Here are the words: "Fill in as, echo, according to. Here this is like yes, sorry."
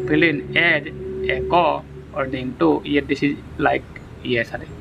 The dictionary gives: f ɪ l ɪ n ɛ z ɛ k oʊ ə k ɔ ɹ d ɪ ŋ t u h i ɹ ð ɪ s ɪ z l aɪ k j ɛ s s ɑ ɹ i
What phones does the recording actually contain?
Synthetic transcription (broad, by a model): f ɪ l ɪ n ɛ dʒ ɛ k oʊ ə ɔ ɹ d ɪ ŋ t u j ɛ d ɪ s ɪ z l aɪ k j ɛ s s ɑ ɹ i